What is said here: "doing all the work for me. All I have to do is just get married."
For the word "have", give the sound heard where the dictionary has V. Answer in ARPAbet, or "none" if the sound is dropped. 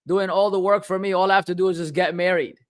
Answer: F